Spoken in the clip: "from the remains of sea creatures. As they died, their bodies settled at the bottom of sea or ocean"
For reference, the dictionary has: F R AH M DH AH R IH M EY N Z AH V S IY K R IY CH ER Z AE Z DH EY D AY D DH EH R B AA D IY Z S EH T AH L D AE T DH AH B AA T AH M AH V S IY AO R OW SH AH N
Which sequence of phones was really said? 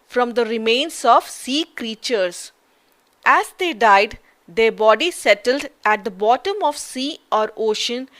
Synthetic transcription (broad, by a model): F R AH M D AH R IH M EY N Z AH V S IY K R IY CH ER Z AE Z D EY D AY D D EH R B AA D IY S EH T AH L D AE T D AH B AA T AH M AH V S IY AO R OW SH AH N